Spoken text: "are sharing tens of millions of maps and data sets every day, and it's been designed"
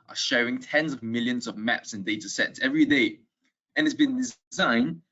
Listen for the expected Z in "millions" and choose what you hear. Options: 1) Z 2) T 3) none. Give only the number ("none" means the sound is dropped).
1